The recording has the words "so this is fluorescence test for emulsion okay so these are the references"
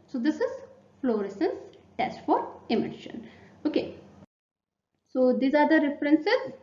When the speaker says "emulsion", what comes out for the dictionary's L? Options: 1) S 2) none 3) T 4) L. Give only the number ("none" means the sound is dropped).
2